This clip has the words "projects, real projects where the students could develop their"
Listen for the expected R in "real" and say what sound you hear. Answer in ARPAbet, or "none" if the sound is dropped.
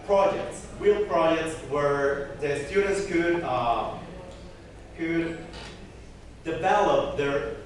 W